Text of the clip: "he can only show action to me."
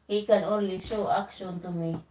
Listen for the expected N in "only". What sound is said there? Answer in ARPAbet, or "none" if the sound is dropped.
none